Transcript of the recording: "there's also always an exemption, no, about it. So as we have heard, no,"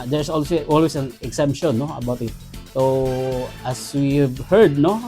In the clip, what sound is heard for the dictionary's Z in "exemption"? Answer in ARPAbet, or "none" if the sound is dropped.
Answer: S